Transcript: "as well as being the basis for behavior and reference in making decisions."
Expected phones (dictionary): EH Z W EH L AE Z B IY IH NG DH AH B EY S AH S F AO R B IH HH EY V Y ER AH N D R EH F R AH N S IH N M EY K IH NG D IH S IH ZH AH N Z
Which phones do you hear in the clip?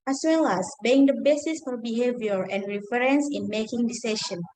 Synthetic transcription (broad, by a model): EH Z W EH L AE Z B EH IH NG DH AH B EY S AH S F AO R B IH HH EY V Y ER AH N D R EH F R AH N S IH N M EY K IH NG D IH S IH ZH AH N